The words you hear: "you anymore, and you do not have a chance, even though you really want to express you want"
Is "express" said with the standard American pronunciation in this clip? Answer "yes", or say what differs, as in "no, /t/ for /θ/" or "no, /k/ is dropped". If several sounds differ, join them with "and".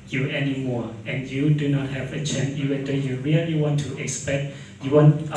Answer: no, /ɹ/ is dropped